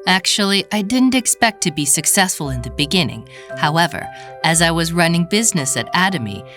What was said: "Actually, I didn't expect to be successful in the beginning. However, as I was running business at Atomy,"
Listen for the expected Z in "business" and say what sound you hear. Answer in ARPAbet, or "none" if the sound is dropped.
Z